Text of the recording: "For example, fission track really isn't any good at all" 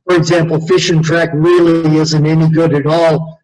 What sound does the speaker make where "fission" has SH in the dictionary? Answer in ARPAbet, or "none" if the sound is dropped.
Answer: SH